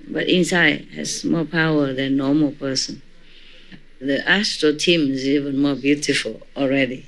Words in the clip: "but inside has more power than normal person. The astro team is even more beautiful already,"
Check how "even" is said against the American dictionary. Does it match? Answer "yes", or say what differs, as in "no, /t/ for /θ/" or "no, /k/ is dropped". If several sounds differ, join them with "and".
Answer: yes